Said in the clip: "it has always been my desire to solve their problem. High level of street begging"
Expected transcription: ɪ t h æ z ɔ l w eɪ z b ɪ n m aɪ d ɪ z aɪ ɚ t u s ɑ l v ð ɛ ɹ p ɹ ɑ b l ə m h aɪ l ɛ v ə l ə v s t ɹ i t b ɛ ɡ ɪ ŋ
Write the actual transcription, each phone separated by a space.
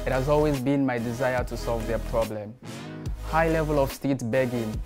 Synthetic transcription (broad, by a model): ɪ t h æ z ɔ l w eɪ z b ɪ n m aɪ d ɪ z aɪ ɚ t u s ɑ l v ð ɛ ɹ p ɹ ɑ b l ə m h aɪ l ɛ v ə l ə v s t i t b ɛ ɡ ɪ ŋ